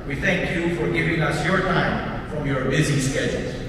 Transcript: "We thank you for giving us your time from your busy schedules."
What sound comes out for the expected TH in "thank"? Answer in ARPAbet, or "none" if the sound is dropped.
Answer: TH